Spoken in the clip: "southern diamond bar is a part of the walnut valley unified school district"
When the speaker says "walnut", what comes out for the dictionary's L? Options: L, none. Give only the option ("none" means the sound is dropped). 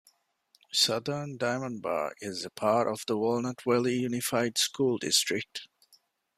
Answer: L